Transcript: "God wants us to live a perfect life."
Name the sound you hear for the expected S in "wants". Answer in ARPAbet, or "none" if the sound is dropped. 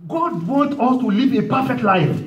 none